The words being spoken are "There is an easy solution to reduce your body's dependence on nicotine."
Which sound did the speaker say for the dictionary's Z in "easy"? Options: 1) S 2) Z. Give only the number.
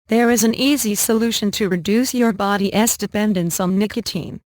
2